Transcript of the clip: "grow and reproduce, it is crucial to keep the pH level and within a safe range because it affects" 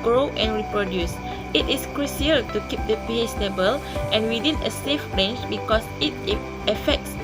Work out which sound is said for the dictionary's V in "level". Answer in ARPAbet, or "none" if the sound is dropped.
B